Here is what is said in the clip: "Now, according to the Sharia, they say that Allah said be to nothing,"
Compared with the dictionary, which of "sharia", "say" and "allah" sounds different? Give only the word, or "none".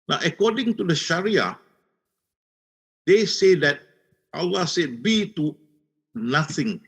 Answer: none